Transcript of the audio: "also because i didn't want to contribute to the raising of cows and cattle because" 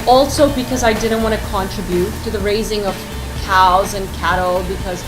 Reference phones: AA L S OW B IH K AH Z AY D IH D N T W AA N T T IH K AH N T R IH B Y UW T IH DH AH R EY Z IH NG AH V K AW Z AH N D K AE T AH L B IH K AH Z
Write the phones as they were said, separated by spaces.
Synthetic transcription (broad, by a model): AA L S OW B IH K AH Z AY D IH D N T W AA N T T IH K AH N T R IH B Y UW T IH DH AH R EY Z IH NG AH V K AW Z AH N K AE T L B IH K AH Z